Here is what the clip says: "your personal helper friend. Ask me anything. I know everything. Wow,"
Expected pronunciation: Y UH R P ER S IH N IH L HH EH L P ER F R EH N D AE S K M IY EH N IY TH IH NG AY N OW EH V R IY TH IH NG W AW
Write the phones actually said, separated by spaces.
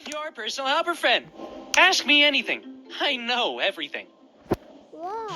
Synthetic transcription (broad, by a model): Y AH R P ER S N L HH EH L P ER F R EH N D AE S K M IY EH N IY TH IH NG AY N OW EH V R IY TH IH NG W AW